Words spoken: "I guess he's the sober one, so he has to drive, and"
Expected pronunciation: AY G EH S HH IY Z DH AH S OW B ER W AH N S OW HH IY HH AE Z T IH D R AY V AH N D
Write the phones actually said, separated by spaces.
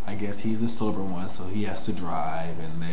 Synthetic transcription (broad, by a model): AY G EH S HH IY Z DH AH S OW B ER W AH N S OW HH IY HH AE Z T IH D R AY V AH N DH